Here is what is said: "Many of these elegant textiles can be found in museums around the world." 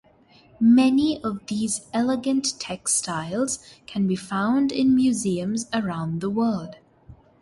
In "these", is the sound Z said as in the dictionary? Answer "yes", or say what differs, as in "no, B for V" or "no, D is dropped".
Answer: yes